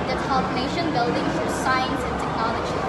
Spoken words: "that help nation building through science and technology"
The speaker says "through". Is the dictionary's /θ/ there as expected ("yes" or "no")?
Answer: no